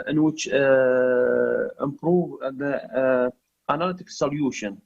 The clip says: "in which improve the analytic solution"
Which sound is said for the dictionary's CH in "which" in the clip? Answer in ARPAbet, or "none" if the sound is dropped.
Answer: CH